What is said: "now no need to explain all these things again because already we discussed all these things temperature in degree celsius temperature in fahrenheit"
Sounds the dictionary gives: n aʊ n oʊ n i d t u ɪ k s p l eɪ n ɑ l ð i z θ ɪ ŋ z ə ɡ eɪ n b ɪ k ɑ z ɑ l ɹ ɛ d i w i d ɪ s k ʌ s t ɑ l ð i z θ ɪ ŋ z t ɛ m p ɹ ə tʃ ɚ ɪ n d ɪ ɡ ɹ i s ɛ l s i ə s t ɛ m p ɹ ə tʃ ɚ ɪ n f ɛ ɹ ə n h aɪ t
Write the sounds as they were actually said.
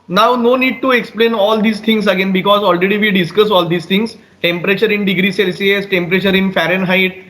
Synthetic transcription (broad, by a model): n aʊ n oʊ n i d t u ɪ k s p l eɪ n ɑ l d i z t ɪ ŋ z ə ɡ eɪ n b ɪ k ɑ z ɑ l ɹ ɛ d i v i d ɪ s k ʌ s ɑ l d i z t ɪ ŋ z t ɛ m p ɹ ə tʃ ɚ ɪ n d ɪ ɡ ɹ i s ɛ l s i ə s t ɛ m p ɹ ə tʃ ɚ ɪ n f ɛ ɹ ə n h aɪ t